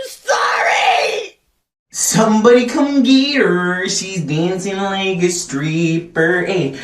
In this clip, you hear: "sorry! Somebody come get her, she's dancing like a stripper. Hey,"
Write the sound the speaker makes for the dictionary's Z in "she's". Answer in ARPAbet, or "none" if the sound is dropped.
Z